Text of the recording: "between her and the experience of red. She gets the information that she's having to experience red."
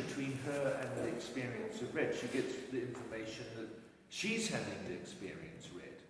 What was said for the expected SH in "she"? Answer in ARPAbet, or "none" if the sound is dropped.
SH